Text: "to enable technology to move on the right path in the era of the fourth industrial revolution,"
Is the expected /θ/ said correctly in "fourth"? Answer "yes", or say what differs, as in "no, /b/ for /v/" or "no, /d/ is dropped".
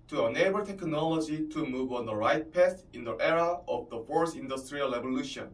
no, /s/ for /θ/